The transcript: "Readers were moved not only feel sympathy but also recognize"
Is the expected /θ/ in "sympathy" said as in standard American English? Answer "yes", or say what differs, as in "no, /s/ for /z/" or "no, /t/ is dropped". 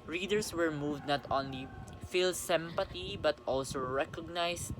no, /t/ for /θ/